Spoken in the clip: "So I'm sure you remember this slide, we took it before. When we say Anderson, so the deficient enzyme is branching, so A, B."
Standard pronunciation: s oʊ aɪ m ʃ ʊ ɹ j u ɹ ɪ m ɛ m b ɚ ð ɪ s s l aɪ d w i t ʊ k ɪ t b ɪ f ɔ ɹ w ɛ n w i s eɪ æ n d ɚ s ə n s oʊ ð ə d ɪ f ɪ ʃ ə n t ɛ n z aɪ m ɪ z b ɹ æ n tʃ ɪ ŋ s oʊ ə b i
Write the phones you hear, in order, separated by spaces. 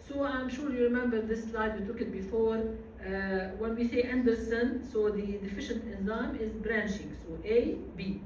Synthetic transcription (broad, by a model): s oʊ aɪ m ʃ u ɹ j u ɹ ɪ m ɛ m b ɚ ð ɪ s s l aɪ d w i t ʊ k ɪ t b ɪ f ɔ ɹ w ɛ n w i s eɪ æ n d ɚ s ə n s oʊ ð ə d ɪ f ɪ ʃ ə n t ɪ n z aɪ m ɪ z b ɹ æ n ʃ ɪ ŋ s oʊ ə b i